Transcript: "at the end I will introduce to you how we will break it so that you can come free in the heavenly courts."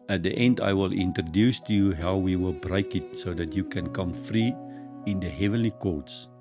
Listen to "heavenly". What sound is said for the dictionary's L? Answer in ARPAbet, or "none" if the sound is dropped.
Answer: L